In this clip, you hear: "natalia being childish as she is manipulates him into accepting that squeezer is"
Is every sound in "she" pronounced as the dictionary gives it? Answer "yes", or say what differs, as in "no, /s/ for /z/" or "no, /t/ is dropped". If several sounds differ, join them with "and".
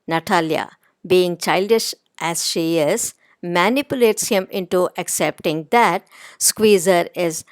yes